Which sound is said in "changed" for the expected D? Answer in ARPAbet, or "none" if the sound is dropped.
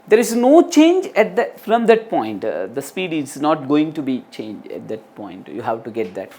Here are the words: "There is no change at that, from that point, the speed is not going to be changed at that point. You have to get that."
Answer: none